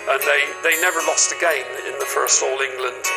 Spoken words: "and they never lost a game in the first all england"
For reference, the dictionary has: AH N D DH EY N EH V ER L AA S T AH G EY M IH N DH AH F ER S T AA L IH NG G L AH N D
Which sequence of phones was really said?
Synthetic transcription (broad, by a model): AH N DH DH EY N EH V ER L AA S T AH G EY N IH N DH AH F ER S T AA L IH NG G L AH N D